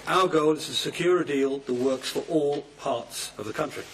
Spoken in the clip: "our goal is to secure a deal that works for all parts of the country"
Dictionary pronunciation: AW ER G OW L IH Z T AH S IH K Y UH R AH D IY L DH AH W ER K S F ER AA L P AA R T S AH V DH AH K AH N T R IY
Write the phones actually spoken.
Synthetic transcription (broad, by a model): AW ER G OW L IH Z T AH S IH K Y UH R AH D IY L DH AH W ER K S F ER AA L P AA R T S AH V DH AH K AH N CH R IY